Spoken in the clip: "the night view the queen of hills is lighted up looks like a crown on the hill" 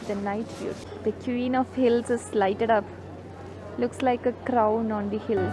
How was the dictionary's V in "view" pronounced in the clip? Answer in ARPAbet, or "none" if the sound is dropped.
F